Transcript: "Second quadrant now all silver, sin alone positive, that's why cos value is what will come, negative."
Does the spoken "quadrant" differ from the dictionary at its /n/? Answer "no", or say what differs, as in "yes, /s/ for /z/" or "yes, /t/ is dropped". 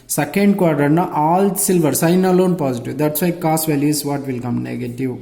yes, /n/ is dropped